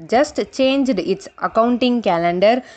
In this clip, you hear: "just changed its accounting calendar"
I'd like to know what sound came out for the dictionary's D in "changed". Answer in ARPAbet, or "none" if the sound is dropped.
D